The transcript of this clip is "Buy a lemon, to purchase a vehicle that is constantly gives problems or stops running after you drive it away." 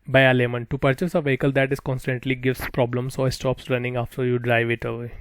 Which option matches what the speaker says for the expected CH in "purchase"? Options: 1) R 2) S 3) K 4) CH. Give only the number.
4